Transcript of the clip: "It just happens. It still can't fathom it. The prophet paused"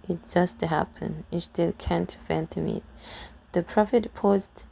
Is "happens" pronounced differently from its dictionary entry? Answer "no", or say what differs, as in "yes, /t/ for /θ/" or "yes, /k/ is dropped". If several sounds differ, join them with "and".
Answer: yes, /z/ is dropped